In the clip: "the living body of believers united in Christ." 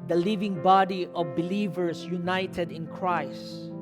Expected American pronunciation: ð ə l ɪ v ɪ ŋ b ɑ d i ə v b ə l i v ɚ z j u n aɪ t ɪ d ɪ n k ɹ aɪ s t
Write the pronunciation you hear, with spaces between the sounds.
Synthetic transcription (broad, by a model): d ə l ɪ v ɪ ŋ b ɑ d i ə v b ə l i v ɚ s j u n aɪ t ɪ d ɪ n k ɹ aɪ s t